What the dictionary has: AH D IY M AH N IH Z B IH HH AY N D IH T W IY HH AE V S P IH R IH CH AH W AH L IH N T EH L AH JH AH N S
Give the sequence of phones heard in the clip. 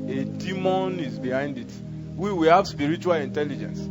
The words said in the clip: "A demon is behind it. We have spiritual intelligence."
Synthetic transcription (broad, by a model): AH D IY M AH N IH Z B IH HH AY N D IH T W IY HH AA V S P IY R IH CH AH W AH L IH N T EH L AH JH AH N S